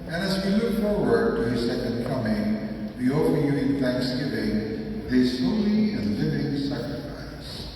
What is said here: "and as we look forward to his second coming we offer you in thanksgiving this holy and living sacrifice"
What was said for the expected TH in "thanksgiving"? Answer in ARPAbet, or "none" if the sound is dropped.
TH